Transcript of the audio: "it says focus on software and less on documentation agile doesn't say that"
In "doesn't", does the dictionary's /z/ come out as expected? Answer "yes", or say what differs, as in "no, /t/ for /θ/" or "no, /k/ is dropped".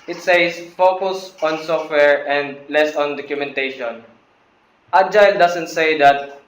no, /s/ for /z/